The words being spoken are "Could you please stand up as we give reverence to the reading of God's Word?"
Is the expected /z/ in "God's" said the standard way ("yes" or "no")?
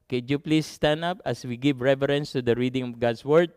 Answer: no